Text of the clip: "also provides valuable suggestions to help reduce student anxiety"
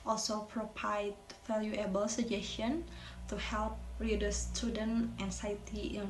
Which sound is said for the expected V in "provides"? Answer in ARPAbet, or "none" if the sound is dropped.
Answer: P